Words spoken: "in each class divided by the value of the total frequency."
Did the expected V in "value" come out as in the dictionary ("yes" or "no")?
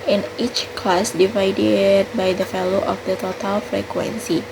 no